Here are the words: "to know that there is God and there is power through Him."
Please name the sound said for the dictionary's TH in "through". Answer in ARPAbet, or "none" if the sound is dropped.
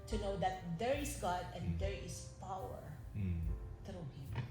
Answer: T